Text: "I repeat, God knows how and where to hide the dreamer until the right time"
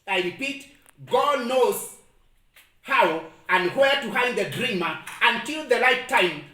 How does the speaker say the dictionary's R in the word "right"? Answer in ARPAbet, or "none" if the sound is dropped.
L